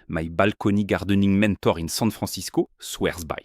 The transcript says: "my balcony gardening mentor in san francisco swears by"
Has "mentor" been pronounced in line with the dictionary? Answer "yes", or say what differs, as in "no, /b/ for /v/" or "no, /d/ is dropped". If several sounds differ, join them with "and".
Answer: yes